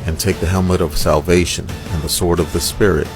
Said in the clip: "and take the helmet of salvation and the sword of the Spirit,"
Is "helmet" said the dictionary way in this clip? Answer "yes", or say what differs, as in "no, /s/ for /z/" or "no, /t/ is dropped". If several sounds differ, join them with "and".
yes